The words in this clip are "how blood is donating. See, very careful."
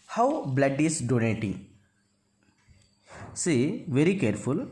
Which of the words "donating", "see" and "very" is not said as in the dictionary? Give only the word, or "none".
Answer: none